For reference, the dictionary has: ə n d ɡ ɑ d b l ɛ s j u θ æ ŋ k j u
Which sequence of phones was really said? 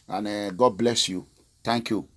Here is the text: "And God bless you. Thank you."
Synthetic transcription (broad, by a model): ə n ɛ ɡ ɑ d b l ɛ s j u t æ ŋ k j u